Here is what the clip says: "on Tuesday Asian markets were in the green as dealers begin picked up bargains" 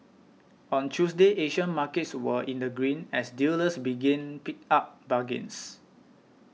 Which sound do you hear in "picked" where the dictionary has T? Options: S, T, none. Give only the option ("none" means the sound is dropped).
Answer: none